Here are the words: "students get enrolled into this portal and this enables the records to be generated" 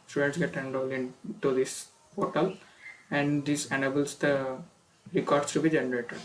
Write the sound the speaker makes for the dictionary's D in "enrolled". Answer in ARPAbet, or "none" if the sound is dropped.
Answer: none